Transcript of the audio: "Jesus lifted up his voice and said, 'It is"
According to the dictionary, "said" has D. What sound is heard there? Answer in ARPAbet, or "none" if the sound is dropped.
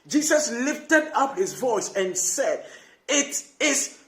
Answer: D